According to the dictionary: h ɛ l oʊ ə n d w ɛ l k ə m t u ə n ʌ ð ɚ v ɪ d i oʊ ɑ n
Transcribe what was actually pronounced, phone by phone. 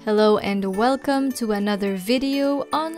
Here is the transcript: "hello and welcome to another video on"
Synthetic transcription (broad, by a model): h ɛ l oʊ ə n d w ɛ l k ə m t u ə n ʌ ð ɚ v ɪ d i oʊ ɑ n